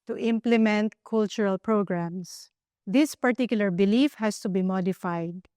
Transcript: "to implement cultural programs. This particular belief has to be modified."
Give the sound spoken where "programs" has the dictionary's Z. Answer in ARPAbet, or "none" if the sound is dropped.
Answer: S